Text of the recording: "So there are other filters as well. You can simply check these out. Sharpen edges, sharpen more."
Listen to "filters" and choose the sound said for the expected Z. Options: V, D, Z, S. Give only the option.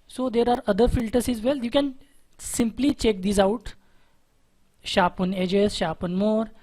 S